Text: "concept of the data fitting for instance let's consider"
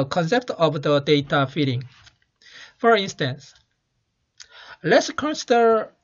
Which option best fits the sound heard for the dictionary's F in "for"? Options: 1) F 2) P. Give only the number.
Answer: 1